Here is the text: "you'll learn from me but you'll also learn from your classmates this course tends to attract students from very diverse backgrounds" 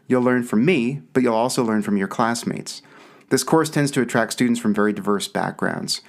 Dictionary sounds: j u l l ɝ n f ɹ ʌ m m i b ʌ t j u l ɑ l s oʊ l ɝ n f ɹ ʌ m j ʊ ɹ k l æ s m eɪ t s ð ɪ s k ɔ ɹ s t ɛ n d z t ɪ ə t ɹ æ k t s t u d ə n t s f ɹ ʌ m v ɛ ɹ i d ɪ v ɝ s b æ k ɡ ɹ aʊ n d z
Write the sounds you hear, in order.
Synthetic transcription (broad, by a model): j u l l ɝ n f ɹ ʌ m m i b ʌ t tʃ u l ɑ l s oʊ l ɝ n f ɹ ʌ m j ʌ ɹ k l æ s m eɪ t s ð ɪ s k ɔ ɹ s t ɛ n d z t ɪ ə t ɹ æ k t s t u d n t s f ɹ ʌ m v ɛ ɹ i d ɪ v ɝ s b æ k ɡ ɹ aʊ n d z